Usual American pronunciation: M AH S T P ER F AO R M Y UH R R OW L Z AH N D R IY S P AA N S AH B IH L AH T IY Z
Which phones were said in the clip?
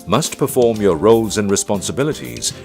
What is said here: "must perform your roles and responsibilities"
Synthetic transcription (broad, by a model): M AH S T P ER F AO R M Y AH R R OW L Z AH N R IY S P AA N S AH B IH L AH T IY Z